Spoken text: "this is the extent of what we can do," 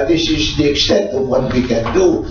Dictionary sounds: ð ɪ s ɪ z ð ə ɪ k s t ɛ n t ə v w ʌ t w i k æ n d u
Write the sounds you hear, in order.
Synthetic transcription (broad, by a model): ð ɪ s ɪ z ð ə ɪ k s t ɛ t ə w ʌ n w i k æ n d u